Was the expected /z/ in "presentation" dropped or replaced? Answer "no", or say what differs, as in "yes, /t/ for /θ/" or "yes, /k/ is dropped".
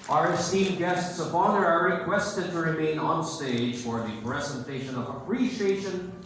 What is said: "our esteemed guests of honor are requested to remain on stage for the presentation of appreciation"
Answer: no